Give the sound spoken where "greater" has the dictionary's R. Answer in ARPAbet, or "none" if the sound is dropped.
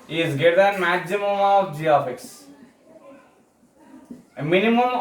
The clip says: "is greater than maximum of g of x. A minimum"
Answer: none